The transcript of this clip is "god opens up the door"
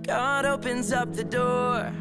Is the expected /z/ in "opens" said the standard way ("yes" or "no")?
yes